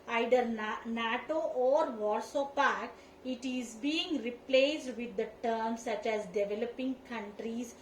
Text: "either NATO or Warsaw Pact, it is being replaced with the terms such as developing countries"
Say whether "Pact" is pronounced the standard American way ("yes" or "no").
no